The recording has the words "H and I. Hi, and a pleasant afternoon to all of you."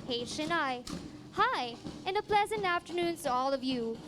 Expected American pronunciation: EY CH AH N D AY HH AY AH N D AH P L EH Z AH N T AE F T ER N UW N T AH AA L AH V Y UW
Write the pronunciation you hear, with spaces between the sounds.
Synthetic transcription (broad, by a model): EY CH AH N AY HH AY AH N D AH P L EH Z AH N T AE F T ER N UW N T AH AA L AH V Y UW